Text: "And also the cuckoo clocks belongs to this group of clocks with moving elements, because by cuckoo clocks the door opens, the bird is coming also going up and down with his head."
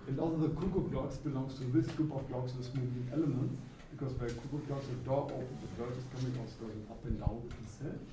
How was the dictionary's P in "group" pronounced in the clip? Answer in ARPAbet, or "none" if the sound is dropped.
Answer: P